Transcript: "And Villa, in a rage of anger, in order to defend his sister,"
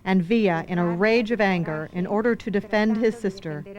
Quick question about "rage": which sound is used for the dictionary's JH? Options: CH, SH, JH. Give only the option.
JH